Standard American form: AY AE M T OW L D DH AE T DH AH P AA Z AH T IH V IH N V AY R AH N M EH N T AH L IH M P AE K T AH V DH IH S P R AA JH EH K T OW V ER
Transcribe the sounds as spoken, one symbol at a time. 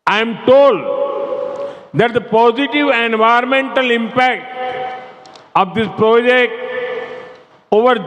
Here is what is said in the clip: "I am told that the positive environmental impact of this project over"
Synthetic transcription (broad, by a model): AY M T OW L D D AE T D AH P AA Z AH T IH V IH N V AY AH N M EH N T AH L IH M P AE K T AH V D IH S P R AA JH EH K T OW V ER